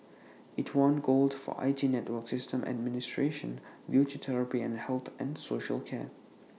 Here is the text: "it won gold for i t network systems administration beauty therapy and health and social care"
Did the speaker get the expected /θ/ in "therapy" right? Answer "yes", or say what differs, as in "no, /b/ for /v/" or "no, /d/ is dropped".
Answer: no, /t/ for /θ/